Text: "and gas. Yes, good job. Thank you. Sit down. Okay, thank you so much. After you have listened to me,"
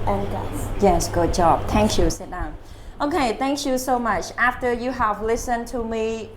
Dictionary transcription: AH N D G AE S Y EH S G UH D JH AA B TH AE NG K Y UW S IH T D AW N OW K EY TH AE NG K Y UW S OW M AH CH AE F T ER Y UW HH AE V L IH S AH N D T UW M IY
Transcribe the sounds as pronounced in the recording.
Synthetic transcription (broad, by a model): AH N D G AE Y EH S G UH D JH AA B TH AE NG K Y UW S IH T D AW N OW K EY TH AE NG K Y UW S OW M AH CH AE F T ER Y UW HH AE V L IH S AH N T UW M IY